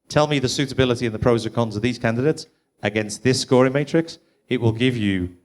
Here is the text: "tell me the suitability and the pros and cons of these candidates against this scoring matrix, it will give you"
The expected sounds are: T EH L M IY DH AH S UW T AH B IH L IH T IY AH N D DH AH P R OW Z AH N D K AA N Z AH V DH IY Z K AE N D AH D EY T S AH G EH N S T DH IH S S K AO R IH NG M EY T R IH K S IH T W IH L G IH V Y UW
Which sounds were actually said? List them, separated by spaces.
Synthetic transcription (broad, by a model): T EH L M IY DH AH S UW T AH B IH L IH T IY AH N DH AH P R OW Z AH K AA N Z AH V DH IY Z K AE N D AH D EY T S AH G EH N S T DH IH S S K AO R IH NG M EY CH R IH K S IH T W IH L G IH V Y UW